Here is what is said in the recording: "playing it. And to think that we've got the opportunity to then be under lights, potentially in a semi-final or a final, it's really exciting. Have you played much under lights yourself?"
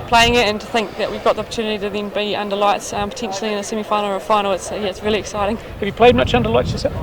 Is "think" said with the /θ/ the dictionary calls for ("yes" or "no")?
yes